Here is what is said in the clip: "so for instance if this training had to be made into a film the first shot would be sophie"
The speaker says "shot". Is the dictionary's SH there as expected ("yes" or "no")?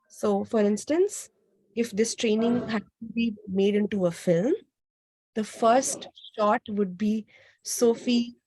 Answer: yes